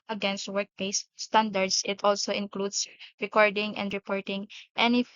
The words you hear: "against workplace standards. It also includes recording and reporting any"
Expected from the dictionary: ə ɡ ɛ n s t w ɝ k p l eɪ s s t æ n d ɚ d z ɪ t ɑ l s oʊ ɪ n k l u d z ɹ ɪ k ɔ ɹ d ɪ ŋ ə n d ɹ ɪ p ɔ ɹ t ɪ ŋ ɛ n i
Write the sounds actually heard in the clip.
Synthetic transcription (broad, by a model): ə ɡ ɛ n s t w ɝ k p eɪ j s t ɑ n d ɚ d s ɪ t ɑ l s oʊ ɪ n k l u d s ɹ ɪ k ɔ ɹ d ɪ ŋ ə n d ɹ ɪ p ɔ ɹ t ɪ ŋ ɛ n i